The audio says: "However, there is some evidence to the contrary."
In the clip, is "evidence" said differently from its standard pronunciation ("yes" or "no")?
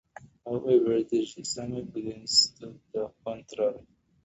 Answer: yes